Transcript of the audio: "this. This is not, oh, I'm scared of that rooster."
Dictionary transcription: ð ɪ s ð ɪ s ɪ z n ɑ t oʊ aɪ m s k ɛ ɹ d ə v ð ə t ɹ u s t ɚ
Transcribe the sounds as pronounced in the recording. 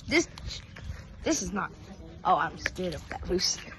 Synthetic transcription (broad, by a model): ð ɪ s ð ɪ s ɪ z n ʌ t oʊ aɪ m s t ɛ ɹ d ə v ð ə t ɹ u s